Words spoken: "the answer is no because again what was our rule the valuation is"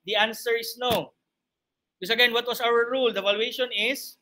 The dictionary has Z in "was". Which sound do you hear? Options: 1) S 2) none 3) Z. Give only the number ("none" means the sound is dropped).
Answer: 1